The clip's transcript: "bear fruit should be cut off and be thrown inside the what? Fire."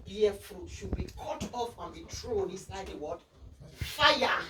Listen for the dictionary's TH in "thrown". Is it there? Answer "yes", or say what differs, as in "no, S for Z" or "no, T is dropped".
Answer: no, T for TH